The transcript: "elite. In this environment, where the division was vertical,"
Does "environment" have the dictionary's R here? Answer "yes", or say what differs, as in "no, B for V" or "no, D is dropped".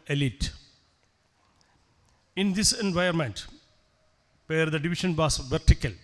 no, R is dropped